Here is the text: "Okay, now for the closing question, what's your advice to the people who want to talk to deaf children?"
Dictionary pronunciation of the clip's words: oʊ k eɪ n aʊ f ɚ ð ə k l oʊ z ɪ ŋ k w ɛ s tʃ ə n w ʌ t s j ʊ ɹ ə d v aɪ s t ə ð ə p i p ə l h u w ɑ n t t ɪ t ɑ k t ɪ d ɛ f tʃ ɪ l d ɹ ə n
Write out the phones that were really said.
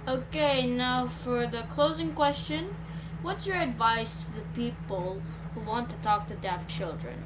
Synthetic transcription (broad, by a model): oʊ k eɪ n aʊ f ɚ ð ə k l oʊ z ɪ ŋ k w ɛ s tʃ ə n w ʌ t s j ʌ ɹ ə d v aɪ s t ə ð ə p i p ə l h u w ɑ n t t ɪ t ɑ k t ɪ d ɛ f tʃ ɪ l d ɹ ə n